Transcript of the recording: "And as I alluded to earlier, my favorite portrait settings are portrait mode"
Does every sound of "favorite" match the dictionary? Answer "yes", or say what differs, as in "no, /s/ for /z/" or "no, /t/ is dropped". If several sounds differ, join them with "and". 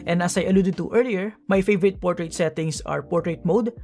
yes